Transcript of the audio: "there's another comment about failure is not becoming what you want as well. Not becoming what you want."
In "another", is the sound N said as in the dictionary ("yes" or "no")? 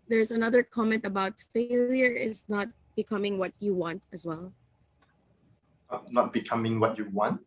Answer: yes